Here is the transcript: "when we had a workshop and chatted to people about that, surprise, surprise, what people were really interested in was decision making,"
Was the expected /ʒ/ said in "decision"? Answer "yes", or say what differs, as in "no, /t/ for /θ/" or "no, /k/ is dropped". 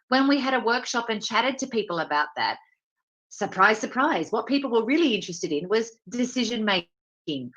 yes